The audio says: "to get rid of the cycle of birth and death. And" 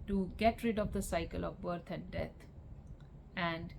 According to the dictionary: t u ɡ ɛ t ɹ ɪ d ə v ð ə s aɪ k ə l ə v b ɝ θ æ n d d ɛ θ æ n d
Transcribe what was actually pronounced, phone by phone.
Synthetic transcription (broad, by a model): t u ɡ ɛ t ɹ ɪ d ə v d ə s aɪ k ə l ə v b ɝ t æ n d d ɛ t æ n d